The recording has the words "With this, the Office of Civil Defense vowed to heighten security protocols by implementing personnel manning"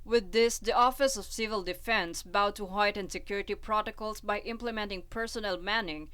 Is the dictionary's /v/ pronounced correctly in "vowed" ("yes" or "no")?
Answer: no